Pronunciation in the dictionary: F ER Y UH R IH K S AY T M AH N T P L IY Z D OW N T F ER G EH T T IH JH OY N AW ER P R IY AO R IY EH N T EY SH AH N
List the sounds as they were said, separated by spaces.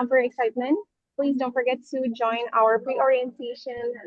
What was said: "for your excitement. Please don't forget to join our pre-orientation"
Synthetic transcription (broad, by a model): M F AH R IH K S AY T M AH N T P L IY Z D OW N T F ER G EH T T IH JH OY N AW ER P R IY AO R IY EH N T EY SH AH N